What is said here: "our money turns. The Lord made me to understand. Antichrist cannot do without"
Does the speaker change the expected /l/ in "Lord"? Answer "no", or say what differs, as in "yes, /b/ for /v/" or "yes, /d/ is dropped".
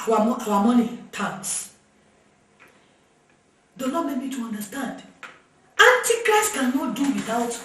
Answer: yes, /n/ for /l/